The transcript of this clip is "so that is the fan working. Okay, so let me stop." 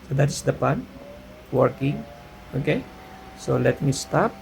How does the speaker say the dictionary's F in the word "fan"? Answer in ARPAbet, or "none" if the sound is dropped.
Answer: P